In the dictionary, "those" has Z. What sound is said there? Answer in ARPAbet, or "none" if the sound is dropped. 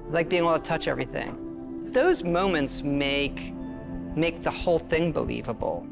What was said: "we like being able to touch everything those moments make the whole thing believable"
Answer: Z